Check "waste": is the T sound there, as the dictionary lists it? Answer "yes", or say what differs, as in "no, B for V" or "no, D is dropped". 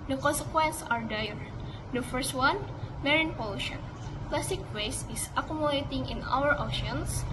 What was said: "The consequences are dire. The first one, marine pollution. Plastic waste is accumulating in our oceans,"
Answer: no, T is dropped